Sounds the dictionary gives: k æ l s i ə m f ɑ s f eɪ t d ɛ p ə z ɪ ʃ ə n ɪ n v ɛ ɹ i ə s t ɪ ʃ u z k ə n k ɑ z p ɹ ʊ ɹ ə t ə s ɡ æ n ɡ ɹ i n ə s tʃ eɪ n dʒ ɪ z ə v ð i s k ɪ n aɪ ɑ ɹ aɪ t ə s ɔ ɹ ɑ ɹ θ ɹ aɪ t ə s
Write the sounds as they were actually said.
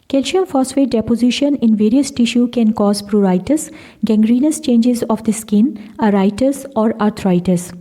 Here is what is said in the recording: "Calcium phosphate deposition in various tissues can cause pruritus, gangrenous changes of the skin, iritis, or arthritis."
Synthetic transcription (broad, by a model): k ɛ l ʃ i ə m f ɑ s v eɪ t d ɛ p ə z ɪ ʃ ə n ɪ n v ɛ ɹ i ə s t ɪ ʃ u k ə n k ɑ z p ɹ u ɹ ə t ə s ɡ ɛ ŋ ɡ ɹ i n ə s tʃ eɪ n dʒ ɪ z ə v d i s k ɪ n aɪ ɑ ɹ aɪ t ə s ɔ ɹ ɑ ɹ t ɹ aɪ t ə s